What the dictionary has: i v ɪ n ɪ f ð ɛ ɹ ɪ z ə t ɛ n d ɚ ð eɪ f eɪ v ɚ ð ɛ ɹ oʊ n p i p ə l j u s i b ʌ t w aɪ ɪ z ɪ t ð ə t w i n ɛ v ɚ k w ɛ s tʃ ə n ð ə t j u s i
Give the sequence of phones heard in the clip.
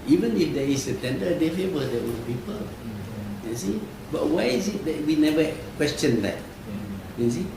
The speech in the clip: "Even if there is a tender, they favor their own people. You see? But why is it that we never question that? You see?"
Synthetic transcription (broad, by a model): i v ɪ n ɪ f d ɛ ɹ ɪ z ə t ɛ n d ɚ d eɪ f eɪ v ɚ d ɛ w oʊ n p i p ə l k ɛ s i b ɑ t w aɪ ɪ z ɪ t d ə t w i n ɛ v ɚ k w ɛ s tʃ ə n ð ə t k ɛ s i